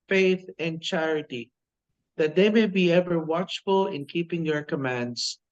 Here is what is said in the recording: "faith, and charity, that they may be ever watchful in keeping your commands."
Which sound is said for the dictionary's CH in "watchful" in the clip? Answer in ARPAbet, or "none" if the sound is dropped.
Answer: CH